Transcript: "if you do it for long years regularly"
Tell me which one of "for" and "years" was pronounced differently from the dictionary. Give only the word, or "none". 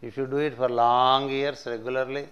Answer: years